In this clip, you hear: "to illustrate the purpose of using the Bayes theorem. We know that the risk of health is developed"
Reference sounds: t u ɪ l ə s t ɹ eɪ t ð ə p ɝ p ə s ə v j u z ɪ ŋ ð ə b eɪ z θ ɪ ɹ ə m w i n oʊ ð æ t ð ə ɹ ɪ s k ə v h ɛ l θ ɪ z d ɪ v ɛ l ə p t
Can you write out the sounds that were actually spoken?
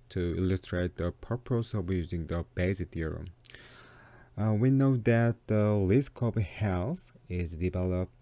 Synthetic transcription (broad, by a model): t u ɪ l ə s t ɹ eɪ t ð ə p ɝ p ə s ə v j u z ɪ ŋ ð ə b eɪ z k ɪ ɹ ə w i n oʊ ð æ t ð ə l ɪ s k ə b h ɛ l s ɪ z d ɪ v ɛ l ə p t